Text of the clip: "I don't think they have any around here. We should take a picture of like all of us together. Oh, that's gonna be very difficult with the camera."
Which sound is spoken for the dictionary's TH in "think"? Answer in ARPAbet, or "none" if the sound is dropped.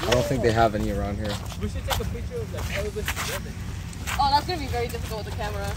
TH